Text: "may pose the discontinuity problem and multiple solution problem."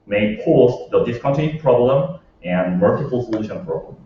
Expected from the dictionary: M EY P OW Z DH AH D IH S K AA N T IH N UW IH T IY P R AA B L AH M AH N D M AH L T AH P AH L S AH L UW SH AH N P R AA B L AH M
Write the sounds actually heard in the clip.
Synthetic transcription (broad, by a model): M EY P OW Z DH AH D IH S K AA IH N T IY P R AA B L AH M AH N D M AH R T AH F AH L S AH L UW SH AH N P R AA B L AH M